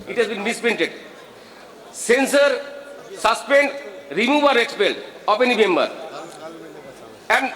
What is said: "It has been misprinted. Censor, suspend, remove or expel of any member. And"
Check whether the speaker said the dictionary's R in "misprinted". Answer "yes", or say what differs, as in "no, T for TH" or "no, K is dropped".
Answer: no, R is dropped